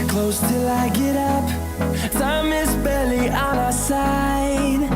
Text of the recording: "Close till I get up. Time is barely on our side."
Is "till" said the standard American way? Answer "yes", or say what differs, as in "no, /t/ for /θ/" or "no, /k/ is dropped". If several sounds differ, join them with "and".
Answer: yes